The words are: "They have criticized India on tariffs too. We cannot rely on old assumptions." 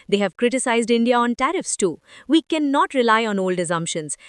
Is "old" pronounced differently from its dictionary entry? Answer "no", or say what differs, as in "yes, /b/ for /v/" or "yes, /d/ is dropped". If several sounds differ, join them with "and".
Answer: no